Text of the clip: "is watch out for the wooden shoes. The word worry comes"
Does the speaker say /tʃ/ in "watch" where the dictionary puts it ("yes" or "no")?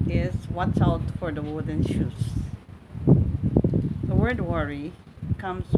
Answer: no